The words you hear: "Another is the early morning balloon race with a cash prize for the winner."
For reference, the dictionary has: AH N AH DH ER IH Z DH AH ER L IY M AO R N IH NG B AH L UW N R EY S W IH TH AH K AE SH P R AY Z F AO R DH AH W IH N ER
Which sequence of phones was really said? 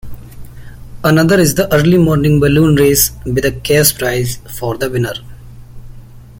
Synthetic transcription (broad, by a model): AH N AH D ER IH Z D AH ER L IY M AO R N IH NG B AH L UW N R EY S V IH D AH K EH S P R AY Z F AO R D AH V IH N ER